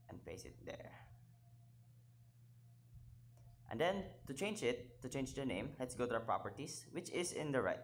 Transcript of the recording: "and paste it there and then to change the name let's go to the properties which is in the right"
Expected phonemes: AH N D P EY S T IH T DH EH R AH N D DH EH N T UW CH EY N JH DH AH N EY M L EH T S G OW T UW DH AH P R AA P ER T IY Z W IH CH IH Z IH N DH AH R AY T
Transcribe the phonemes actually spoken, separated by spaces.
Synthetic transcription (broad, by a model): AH N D P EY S IH T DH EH R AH N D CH EH N T UW CH EY N JH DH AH N EY M L EH T S G OW T UW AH P R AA P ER T IY S W IH CH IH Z IH N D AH R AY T